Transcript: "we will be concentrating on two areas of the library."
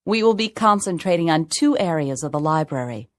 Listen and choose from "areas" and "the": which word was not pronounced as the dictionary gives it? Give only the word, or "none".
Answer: none